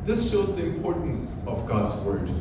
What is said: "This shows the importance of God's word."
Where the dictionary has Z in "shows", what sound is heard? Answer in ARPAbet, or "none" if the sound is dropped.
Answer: Z